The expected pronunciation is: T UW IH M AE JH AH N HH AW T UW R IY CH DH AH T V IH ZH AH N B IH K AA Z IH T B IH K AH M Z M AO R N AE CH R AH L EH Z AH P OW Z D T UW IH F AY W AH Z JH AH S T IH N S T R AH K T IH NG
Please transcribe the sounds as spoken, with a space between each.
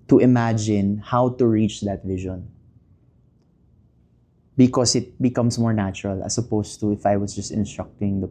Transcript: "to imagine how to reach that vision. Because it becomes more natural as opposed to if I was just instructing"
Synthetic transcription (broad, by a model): T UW IH M AE JH AH N HH AW T UW R IY CH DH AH T V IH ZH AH N B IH K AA S IH T B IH K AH M S M AO R N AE CH R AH L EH S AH P OW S T UW IH F AY W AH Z JH AH S T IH N S T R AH K T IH NG